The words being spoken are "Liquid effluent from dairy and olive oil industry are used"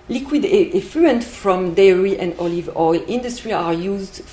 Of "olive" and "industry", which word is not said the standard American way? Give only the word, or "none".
none